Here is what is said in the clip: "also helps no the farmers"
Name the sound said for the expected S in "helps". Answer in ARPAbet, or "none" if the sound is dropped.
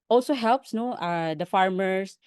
S